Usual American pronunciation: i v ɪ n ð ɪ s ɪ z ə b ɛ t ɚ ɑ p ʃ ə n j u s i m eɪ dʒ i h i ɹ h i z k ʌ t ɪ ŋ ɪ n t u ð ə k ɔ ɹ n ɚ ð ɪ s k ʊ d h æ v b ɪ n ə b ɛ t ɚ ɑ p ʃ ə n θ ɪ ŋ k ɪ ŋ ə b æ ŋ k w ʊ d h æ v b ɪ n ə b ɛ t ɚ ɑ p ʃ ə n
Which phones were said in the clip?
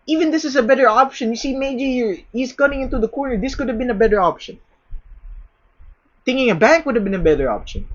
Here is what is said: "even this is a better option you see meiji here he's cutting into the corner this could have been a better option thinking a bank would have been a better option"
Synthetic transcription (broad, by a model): i v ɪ n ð ɪ s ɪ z ə b ɛ t ɚ ɑ p ʃ ə n j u s i m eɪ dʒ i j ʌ ɹ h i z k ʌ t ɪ ŋ ɪ n t u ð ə k ɔ ɹ n ɚ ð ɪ s k ʊ d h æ v b ɪ n ə b ɛ t ɚ ɑ p ʃ ə n θ ɪ ŋ k ɪ ŋ ə b æ ŋ k w ʊ d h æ v b ɪ n ə b ɛ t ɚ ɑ p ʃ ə n